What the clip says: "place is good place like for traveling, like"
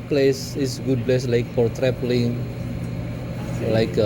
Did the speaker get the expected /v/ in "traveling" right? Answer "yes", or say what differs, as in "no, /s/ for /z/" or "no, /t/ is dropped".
no, /p/ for /v/